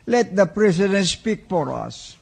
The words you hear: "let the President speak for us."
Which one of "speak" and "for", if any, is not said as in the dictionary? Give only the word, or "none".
for